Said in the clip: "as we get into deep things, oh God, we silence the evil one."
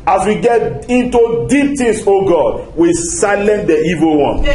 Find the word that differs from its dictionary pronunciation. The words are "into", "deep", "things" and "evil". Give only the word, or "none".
things